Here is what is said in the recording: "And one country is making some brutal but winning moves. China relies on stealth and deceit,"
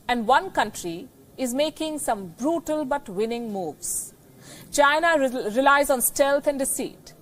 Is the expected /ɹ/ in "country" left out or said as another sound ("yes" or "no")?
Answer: no